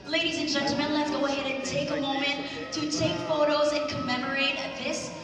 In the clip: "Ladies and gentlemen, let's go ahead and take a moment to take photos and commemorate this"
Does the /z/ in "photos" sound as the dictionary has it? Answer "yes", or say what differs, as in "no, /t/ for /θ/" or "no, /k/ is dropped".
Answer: yes